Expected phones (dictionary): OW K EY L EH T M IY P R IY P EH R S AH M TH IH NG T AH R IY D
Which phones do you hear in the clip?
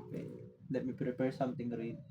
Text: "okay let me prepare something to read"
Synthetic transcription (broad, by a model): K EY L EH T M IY P R IY P EH R S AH M T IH NG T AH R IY